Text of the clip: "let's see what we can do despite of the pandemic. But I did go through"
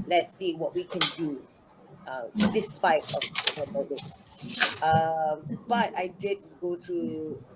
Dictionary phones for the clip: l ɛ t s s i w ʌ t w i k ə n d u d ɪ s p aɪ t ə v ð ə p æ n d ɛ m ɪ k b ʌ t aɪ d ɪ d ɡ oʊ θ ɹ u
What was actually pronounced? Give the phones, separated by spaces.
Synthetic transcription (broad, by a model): l ɛ t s s i w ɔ t w i k ə n d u d ɪ s p aɪ t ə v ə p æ d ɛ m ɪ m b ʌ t aɪ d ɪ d ɡ oʊ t ɹ u